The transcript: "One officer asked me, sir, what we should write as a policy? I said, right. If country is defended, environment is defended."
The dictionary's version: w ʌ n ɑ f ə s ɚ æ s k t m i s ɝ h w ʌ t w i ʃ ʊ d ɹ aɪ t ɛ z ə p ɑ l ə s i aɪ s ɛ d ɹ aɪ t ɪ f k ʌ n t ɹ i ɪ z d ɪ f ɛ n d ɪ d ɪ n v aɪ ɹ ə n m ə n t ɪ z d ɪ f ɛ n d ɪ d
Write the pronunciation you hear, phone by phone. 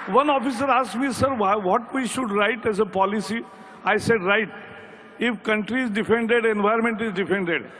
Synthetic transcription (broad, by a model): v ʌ n ɑ f ə s ɚ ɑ s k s m i s ɝ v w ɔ t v i ʃ ʊ d ɹ aɪ t ɛ z ə p ɑ l ə s i aɪ s ɛ d ɹ aɪ t ɪ f k ʌ n t ɹ i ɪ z d ɪ f ɛ n d ɪ d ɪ n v aɪ ə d m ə n t ɪ z d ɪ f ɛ n d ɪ d